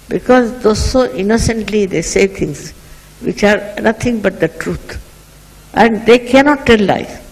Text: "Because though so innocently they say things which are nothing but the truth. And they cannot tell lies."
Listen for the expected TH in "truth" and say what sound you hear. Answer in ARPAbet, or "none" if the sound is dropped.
T